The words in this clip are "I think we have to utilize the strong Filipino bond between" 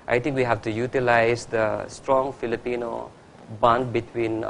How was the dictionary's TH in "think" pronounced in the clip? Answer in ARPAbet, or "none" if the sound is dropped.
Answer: T